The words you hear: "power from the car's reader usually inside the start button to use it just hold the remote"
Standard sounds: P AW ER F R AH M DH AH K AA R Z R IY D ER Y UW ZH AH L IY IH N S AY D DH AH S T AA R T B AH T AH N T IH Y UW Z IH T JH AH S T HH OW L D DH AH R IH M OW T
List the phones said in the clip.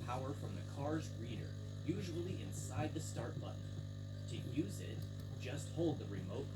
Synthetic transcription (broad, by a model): P AW ER F R AH M DH AH K AA R Z R IY D ER Y UW ZH AH L IY IH N S AY D DH AH S T AA R T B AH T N T IH Y UW Z IH T JH AH S T HH OW L D DH AH R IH M OW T